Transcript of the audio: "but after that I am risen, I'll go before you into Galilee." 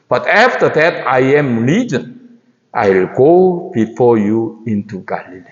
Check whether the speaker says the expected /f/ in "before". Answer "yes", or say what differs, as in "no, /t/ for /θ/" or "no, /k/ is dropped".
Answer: yes